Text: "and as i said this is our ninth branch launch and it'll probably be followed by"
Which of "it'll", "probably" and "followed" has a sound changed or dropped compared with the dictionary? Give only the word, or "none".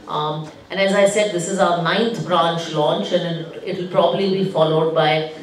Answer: none